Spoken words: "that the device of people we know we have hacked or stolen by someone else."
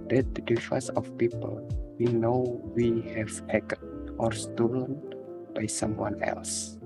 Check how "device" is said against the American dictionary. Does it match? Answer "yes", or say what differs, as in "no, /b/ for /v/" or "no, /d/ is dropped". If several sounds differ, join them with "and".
no, /f/ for /v/